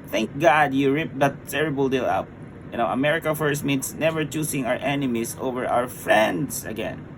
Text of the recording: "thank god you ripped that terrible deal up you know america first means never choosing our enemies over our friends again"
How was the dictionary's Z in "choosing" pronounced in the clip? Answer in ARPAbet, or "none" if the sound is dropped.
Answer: S